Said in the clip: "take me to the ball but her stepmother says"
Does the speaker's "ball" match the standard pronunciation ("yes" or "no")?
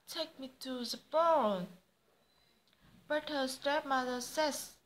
no